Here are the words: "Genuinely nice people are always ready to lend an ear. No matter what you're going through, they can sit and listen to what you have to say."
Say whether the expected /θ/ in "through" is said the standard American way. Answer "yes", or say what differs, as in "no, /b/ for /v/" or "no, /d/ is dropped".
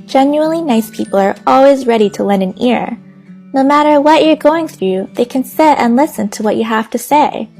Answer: yes